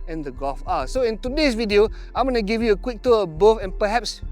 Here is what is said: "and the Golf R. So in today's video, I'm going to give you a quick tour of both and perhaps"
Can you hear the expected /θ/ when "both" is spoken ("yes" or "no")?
no